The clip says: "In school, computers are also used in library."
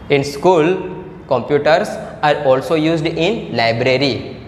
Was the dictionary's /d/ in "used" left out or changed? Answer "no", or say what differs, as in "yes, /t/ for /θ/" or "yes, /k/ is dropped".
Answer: no